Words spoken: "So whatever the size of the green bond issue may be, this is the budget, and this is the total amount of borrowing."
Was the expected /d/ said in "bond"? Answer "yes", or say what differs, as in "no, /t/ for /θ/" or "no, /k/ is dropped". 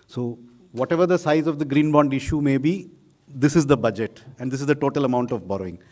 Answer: yes